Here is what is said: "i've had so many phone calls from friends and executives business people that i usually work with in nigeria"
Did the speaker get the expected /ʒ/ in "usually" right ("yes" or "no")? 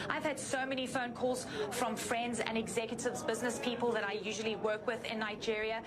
yes